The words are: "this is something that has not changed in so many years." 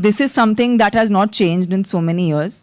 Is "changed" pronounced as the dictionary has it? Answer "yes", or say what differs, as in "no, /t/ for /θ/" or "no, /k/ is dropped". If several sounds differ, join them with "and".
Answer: yes